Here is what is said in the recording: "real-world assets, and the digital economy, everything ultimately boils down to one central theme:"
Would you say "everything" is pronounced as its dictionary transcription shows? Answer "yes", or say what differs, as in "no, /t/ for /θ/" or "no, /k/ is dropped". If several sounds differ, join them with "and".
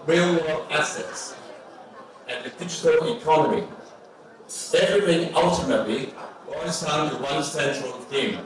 no, /v/ is dropped